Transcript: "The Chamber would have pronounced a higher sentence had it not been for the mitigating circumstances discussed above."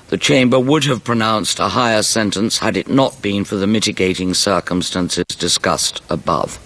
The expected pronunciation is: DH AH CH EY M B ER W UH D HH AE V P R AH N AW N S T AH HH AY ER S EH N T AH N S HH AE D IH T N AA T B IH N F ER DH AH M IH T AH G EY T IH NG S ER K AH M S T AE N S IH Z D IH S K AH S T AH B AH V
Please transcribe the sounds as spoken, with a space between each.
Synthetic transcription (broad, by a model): DH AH CH EY M B ER W UH D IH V P R AH N AW N S T AH HH AY ER S EH N T AH N S HH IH D IH T N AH T B IH N F ER DH AH M IH T AH G EY T IH NG S ER K AH M S T AE N S IH Z D IH S K AH S T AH B AH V